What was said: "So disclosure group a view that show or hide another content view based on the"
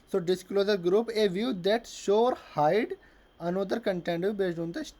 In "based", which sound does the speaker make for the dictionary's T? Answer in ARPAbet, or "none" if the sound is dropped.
none